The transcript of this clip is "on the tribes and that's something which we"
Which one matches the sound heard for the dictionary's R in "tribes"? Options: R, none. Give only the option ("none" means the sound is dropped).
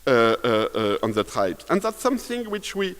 none